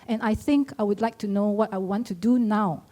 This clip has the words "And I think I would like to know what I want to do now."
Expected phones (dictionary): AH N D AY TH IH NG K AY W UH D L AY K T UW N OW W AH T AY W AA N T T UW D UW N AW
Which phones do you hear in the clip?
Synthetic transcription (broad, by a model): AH N AY TH IH NG K AY W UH D L AY K T UW N OW W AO T AY W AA N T T UW D UW N AW